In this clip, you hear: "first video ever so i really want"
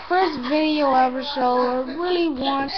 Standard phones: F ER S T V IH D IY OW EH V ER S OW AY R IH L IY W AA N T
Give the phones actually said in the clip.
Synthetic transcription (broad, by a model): F ER S T V IH D IY OW EH V ER SH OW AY R IH L IY W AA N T